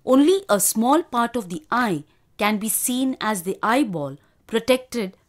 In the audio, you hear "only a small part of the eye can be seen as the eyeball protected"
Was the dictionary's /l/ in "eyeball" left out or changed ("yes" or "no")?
no